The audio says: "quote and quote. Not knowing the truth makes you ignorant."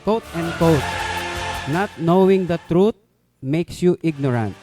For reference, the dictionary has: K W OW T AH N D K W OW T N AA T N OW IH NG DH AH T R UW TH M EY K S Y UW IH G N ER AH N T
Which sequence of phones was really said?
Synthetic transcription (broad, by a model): K OW T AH N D K OW T N AA T N OW IH NG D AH T R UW T M EY K S Y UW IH G N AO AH N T